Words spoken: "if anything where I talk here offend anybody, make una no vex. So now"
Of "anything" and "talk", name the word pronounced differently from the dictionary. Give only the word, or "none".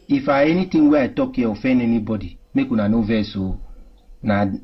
anything